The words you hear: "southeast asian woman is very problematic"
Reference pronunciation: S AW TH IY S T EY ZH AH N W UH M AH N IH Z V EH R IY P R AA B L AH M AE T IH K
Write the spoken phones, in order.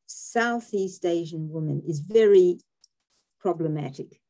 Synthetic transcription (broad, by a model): S AW TH IY S T EY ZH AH N W UH M AH N IH Z V EH R IY P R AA B L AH M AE T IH K